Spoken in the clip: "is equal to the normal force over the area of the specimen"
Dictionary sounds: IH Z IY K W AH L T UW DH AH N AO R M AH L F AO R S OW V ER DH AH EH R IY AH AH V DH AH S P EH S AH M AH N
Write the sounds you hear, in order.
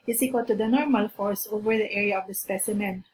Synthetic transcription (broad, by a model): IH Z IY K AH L T UW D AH N AO R M AH L F AO R S OW V ER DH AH EH R IY AH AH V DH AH S P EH S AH M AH N